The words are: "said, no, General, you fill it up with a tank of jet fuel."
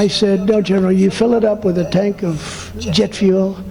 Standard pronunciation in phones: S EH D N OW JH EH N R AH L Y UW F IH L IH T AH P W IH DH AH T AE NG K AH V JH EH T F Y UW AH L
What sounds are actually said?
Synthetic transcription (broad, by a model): S EH D N OW JH EH N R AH L Y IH F IH L IH T AH P W IH DH AH T AE NG K AH V JH EH T F Y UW L